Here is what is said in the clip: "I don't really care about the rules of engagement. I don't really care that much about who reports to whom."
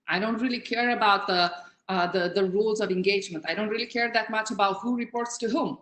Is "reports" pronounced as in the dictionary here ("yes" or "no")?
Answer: yes